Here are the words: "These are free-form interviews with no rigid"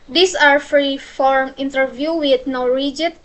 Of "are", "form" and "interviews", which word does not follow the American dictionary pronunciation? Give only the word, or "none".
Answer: interviews